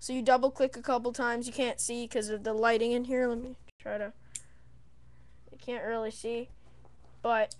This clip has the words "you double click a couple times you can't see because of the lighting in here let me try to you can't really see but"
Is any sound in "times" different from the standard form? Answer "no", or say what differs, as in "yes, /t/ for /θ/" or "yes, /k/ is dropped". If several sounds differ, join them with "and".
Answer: no